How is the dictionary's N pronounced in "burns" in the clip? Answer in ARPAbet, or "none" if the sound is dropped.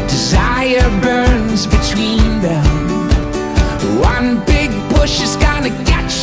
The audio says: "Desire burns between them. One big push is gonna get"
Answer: N